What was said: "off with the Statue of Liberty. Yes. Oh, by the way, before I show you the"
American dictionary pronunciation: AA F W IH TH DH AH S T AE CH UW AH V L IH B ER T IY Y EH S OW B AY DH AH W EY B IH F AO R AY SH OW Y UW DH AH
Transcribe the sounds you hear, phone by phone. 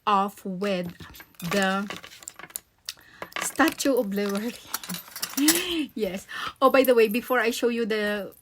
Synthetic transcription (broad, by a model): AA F W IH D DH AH S T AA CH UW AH B L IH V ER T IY Y EH S OW B AY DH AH W EY B IH F AO R AY SH OW Y UW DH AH